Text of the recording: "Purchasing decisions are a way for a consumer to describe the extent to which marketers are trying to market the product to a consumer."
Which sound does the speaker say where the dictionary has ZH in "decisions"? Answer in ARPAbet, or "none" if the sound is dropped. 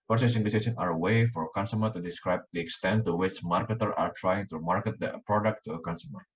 S